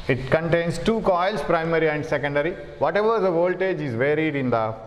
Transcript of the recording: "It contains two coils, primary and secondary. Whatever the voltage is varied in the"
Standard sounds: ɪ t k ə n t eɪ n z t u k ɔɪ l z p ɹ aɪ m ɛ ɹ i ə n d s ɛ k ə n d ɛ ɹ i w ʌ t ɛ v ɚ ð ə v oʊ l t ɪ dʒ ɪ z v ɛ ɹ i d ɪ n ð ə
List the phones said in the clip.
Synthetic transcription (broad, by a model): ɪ t k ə n t eɪ n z t u k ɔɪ l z p ɹ aɪ m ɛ ɹ i ə n d s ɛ k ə n d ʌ ɹ i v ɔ t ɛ v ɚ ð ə v oʊ l t ɪ dʒ ɪ z v ɛ ɹ i d ɪ n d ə